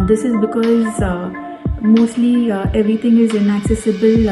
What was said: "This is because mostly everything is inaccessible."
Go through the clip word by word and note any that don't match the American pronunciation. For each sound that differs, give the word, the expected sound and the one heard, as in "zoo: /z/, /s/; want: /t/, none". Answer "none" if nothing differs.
everything: /θ/, /t/